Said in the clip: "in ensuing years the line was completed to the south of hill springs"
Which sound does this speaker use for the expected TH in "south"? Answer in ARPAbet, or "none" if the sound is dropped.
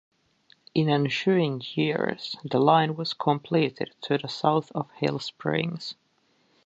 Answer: TH